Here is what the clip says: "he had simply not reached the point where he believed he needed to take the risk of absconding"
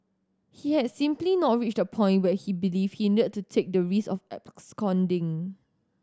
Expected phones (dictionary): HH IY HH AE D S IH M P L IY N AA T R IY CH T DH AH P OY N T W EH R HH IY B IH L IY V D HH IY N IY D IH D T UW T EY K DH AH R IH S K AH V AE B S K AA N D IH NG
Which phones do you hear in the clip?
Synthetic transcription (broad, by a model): HH IY HH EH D S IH M P L IY N AA T R IY CH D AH P OY N T W EH HH IY B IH L IY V HH IY N IY D IH D T UW T EY K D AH R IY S AH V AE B S K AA N D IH NG